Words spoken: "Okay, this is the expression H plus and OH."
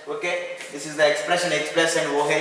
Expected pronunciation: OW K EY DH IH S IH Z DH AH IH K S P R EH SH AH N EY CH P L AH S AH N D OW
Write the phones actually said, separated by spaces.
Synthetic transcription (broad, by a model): OW K EY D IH S IH Z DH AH IH K S P R EH SH AH N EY S P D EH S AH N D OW